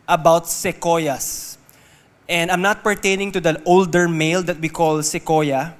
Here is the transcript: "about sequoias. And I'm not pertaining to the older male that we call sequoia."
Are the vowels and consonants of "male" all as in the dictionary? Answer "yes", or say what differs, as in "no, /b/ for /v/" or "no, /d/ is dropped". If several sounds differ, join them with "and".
yes